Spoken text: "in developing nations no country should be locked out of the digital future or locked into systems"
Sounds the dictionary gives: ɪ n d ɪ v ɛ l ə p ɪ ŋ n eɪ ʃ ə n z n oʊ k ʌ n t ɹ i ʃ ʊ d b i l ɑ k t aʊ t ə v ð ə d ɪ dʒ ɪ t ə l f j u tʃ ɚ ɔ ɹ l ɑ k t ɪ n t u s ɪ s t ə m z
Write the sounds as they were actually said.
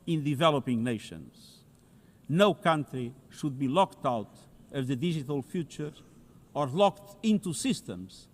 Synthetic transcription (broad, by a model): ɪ n d ɪ v ɛ l ə p ɪ ŋ n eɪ ʃ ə n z n oʊ k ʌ n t ɹ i ʃ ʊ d b i l ɑ k t aʊ t ə v ð ə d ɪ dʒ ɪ t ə l f j u tʃ ɚ ɔ ɹ l ɑ k t ɪ n t u s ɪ s t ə m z